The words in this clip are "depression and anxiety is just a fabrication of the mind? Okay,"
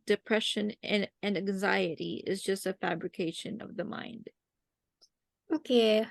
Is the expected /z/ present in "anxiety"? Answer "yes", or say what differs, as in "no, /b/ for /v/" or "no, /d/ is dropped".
yes